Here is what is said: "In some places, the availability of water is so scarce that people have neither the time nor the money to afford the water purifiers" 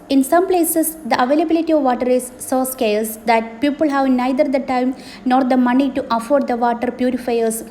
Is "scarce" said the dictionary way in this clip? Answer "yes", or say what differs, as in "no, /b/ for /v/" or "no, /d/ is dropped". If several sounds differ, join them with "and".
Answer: no, /l/ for /ɹ/